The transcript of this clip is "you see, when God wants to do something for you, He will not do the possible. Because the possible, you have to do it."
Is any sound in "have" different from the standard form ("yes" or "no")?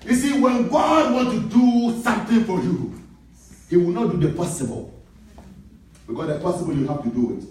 yes